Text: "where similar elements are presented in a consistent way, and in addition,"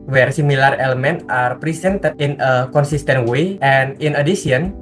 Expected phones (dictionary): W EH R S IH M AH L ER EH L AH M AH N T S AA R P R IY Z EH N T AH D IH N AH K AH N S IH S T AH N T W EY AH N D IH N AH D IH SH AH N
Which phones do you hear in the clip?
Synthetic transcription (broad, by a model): W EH R S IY M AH L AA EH L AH M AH N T AA R P R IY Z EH N T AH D IH N AH K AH N S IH S T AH N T W EY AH N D IH N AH D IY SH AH N